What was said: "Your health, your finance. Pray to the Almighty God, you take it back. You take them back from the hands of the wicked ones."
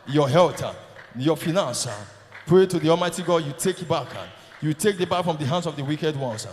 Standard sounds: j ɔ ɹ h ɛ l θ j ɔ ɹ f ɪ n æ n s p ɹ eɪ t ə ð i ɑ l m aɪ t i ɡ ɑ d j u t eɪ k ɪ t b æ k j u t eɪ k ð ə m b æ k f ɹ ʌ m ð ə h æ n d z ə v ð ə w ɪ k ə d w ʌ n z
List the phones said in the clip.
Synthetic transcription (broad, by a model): j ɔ h ɛ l t j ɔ f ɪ n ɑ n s p ɹ eɪ t ə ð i ɑ l m aɪ t i ɡ ɑ d j u t eɪ k ɪ t b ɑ k j u t eɪ k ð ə b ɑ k f ɹ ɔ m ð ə h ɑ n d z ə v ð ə w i k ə d w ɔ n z